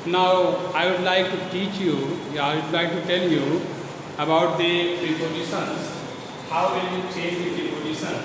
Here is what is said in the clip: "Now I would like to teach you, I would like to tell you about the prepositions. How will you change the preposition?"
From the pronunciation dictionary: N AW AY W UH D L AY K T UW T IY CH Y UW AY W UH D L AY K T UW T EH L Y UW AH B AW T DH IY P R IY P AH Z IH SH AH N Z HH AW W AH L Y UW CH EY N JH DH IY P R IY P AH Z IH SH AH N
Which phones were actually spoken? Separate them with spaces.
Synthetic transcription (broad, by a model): N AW AY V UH D L AY K T UW T IY CH Y UW AY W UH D L AY K T UW T EH L Y UW AH B AW T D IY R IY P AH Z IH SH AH N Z HH AW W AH N Y UW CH EY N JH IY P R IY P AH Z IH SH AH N